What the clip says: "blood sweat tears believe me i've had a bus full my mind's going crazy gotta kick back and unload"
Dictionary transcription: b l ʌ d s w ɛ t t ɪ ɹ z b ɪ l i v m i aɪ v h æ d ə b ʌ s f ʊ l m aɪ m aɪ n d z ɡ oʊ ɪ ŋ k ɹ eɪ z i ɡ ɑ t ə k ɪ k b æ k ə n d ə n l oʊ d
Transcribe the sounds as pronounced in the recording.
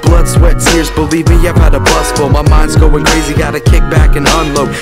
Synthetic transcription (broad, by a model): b l ʌ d s w ɛ t s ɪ ɹ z b ɪ l i v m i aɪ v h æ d ə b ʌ s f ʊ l m aɪ m aɪ n d z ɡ oʊ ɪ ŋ k ɹ eɪ z i ɡ ɑ t ə k ɪ k b æ k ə n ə n l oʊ